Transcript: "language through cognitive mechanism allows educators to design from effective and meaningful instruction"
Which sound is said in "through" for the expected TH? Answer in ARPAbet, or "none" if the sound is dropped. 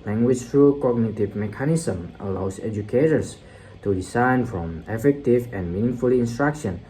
T